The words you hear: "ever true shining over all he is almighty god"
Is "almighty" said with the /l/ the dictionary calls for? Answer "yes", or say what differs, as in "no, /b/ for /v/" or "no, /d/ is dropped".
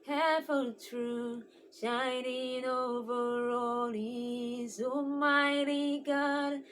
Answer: no, /l/ is dropped